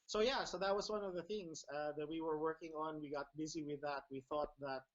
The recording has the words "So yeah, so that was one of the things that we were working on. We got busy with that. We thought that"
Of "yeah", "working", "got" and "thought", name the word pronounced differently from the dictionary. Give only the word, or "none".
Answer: none